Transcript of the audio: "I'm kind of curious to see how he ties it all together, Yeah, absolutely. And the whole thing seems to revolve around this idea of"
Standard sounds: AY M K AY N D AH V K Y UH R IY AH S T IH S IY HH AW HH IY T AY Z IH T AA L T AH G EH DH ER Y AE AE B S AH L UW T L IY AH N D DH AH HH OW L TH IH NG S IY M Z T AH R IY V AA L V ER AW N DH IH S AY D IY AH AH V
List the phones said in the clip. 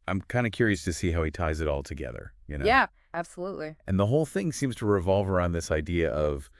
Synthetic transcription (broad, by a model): AY M K AY N D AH K Y UH R IY AH S T IH S IY HH AW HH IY T AY Z IH T AA L T AH G EH DH ER Y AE AE B S AH L UW T L IY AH N DH AH HH OW L TH IH NG S IY M Z T AH R IY V AA L V ER AW N DH IH S AY D IY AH AH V